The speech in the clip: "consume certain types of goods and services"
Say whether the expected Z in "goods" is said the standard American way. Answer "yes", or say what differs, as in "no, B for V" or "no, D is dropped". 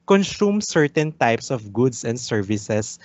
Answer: no, S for Z